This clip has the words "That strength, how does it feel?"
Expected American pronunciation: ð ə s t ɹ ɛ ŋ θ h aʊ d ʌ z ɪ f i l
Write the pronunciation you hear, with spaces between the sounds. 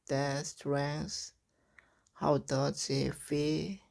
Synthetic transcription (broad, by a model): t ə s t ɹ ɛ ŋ s h aʊ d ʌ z ɪ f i